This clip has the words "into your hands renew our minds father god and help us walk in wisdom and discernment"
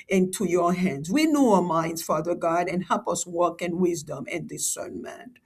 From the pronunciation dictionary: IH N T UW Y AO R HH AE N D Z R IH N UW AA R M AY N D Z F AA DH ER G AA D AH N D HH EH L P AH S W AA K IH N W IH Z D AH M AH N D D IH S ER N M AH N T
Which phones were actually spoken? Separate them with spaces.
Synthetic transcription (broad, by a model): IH N T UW Y AO R HH AE N D Z W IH N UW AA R M AY N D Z F AA DH ER G AA D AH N HH EH L P AH S W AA K IH N W IH Z D AH M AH N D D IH S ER N M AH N